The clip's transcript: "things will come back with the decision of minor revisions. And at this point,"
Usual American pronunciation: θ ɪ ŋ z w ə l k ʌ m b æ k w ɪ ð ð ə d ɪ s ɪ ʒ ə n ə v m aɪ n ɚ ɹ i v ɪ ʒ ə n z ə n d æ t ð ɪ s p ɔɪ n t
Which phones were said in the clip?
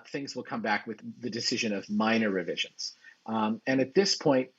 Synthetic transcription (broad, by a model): θ ɪ ŋ z w ə l k ʌ m b æ k w ɪ ð ð ə d ɪ s ɪ ʒ ə n ə v m aɪ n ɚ ɹ i v ɪ ʒ ə n z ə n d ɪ t ð ɪ s p ɔɪ n t